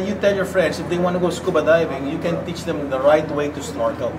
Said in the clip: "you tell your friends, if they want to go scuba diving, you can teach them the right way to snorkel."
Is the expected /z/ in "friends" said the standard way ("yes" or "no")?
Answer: no